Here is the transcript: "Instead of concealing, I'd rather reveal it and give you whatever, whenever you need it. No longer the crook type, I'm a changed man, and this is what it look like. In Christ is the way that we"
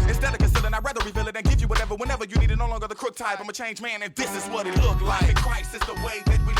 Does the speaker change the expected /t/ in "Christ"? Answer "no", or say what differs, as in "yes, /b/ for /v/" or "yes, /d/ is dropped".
yes, /t/ is dropped